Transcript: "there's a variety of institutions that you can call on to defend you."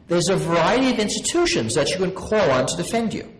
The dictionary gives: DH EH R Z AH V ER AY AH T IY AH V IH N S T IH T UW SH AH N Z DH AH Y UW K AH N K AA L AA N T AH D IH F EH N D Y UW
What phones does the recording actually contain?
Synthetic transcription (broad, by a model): DH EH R Z AH V ER AY AH T IY AH V IH N S T IH T UW SH AH N Z DH AH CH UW K AH N K AA L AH N T AH D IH F EH N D Y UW